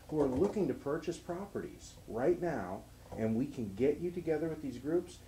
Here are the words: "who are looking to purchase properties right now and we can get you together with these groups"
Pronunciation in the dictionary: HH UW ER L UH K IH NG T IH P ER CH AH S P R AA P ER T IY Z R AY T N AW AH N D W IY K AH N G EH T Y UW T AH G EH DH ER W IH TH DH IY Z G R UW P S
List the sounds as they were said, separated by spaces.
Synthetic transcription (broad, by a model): HH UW ER L UH K IH NG T IH P ER CH AH S P R AA P ER T IY Z R AY T N AW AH N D W IY K AH N G EH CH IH T AH G EH DH ER W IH DH IY Z G R UW P S